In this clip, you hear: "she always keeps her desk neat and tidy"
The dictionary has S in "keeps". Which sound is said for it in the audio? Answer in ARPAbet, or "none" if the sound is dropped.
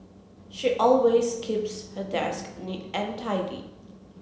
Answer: S